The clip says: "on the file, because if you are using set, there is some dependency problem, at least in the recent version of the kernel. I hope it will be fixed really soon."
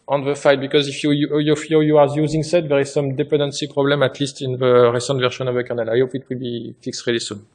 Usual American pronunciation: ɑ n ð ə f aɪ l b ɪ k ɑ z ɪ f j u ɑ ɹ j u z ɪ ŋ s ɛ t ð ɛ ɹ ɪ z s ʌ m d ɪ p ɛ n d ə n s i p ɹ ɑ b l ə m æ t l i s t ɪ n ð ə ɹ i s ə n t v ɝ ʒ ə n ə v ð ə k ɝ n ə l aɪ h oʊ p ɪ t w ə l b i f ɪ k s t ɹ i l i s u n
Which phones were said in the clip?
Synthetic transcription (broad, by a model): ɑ n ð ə f aɪ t b ɪ k ɑ z ɪ f j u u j j u z ɪ ŋ s ɛ t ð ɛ ɹ ɪ z s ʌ m d ɪ p ɛ n d ə n s i p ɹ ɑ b l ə m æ t l i s t ɪ n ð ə ɹ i s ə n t v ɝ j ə n ə v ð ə k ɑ n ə l aɪ h oʊ p ɪ t w ə l b i f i k s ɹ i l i s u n